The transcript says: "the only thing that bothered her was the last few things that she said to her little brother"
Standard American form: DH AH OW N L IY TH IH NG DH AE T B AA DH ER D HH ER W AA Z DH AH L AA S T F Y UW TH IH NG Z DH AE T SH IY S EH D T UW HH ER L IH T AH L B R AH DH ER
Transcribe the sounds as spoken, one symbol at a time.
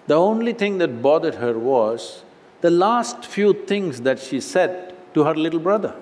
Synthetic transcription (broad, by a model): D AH OW N L IY T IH NG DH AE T B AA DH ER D HH ER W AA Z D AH L AA S T F Y UW T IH NG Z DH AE T SH IY S EH D T UW HH ER L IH T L B R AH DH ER